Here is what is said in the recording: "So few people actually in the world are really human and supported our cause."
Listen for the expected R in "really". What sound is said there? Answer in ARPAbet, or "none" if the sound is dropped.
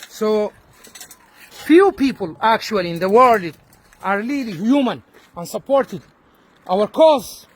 L